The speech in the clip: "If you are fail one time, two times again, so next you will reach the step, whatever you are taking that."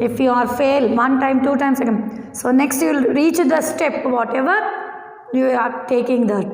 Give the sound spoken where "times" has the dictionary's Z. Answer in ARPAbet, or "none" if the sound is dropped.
S